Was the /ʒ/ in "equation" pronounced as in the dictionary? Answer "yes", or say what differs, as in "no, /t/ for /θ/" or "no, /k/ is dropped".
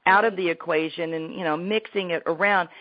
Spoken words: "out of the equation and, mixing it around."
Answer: yes